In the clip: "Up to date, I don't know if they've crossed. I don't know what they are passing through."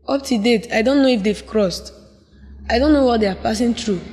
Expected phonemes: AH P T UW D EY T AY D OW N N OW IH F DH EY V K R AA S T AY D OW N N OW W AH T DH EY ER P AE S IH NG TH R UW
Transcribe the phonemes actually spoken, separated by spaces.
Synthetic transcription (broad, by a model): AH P T UW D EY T AY D OW N N OW IH F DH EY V K R AA S T AY D OW N N OW W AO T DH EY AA P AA S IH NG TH R UW